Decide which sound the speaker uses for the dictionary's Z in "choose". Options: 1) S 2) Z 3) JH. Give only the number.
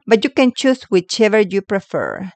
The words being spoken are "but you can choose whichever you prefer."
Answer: 1